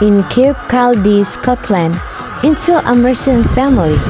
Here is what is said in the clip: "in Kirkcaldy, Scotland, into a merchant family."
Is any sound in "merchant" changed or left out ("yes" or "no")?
yes